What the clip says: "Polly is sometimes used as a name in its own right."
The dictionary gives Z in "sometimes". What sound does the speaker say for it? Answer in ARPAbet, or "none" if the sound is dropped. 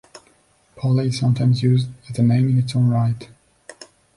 Z